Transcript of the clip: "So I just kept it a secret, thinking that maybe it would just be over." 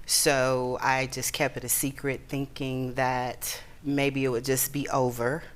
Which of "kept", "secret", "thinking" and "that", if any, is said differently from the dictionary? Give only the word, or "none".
none